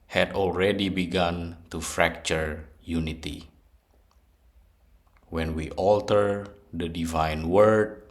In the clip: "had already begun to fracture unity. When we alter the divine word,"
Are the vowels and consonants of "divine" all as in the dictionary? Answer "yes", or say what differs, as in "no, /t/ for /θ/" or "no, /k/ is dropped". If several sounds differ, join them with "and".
yes